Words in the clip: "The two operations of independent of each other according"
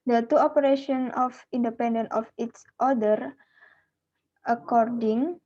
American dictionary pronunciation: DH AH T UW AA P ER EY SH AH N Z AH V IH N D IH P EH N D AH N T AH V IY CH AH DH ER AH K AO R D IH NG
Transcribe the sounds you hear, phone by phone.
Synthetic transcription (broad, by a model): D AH T UW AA P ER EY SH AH N AH F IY N D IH P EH N D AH N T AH F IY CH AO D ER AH K AO R D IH NG